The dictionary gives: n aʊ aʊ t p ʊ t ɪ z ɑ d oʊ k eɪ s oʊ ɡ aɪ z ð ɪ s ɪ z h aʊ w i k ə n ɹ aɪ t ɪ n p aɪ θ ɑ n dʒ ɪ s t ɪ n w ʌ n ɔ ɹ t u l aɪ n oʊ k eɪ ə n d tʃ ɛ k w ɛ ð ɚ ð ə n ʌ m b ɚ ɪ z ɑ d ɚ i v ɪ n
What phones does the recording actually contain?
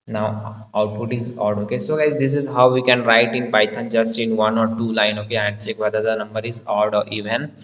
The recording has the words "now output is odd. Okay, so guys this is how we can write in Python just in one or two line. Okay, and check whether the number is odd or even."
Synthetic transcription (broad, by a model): n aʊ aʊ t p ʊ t ɪ z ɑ d oʊ k eɪ s oʊ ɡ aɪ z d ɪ s ɪ z h aʊ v i k ə n ɹ aɪ t ɪ n b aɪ t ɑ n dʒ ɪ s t ɪ n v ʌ n ɔ ɹ t u l aɪ n oʊ k eɪ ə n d tʃ ɛ k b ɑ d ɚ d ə n ʌ m b ɚ ɪ z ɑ d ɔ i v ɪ n